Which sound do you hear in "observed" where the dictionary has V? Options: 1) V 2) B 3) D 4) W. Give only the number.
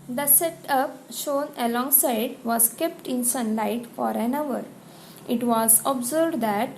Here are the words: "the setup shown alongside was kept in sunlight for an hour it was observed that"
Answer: 2